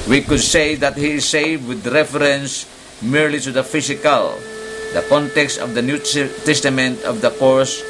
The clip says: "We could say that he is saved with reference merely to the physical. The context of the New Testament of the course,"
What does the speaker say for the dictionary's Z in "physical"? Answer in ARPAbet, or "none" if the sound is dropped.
S